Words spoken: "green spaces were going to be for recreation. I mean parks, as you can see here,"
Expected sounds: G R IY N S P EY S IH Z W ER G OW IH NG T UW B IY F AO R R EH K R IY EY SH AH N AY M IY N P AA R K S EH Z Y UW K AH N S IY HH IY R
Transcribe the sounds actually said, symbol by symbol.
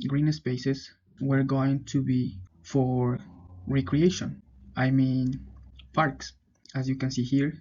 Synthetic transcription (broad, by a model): G R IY N S P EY S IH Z W ER G OW IH NG T UW B IY F AO R R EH K R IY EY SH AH N AY M IY N P AA R K S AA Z Y UW K AH N S IY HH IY R